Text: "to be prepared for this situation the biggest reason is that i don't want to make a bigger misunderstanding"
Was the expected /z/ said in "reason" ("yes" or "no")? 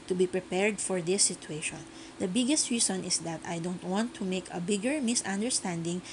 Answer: no